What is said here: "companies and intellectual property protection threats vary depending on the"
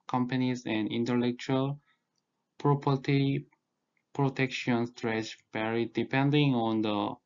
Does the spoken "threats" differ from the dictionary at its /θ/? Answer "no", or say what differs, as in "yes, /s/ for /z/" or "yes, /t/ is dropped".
yes, /t/ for /θ/